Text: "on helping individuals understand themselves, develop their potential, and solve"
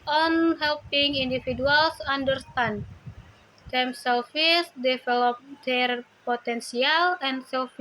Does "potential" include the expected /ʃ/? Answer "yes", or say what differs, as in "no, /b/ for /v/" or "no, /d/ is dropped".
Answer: no, /s/ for /ʃ/